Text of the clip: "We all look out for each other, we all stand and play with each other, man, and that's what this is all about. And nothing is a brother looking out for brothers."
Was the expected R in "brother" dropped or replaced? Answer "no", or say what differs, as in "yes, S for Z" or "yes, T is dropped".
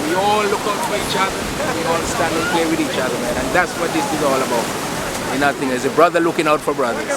no